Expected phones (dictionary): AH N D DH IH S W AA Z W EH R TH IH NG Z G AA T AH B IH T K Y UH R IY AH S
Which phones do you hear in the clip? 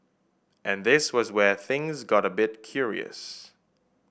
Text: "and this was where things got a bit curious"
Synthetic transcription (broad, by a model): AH N DH IH S W AA Z W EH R TH IH NG Z G AA T AH B IH T K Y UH R IY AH S